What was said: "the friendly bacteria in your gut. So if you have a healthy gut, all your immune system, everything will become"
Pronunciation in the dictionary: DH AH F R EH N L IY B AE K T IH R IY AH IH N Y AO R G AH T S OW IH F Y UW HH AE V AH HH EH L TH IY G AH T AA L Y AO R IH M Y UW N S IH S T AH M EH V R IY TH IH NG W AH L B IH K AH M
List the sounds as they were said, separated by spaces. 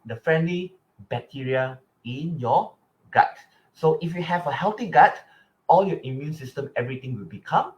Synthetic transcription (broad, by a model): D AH F R EH N L IY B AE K T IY R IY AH IH N Y AO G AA T S OW IH F Y UW HH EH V AH HH EH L T IY G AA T AA L Y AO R IH M Y UW N S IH S T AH M EH V R IY T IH NG W AH L B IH K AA M